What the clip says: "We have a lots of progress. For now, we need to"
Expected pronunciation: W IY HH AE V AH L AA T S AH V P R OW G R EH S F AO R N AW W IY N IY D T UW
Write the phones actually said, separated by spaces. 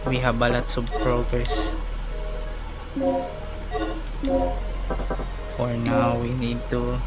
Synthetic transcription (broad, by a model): W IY HH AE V AH L AA T S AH B P R OW G R EH S F AO R N AW W IY N IY D T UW